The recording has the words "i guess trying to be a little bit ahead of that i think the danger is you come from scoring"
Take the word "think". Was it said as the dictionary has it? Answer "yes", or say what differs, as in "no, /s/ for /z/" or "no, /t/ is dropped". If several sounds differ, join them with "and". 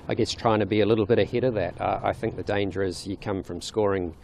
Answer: yes